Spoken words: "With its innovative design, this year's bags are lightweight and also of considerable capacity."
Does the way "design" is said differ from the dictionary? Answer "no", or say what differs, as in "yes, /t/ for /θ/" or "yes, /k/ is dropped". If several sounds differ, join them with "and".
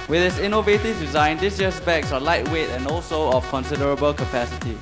no